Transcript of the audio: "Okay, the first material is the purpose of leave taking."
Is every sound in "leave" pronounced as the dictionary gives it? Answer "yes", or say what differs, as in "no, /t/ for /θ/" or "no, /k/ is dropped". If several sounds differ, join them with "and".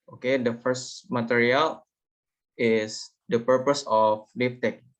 no, /f/ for /v/